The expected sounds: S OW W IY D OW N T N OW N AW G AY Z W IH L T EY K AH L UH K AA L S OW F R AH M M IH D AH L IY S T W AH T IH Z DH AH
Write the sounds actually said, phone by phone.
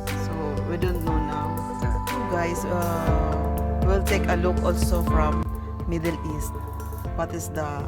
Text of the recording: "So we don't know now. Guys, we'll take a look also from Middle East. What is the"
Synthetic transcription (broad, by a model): S OW W IY D OW N T N OW N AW G AY S W IH L T EY K AH L UH K AA L S OW F R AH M M IH D AH L IY S T W AH T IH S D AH